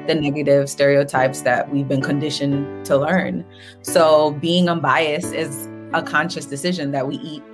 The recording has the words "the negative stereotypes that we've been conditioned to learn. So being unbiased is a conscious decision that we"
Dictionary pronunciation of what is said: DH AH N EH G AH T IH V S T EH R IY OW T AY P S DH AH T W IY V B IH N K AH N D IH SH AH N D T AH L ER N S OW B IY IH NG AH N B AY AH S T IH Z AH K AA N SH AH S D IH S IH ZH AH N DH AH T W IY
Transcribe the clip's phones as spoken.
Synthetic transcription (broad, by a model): DH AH N EH G AH T IH V S T EH R IY OW T AY P S DH AH T W IY V B IH N K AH N D IH SH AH N T AH L ER N S OW B IY IH NG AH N B AY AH S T IH Z AH K AA N SH AH S D IH S IH ZH AH N DH AH T W IY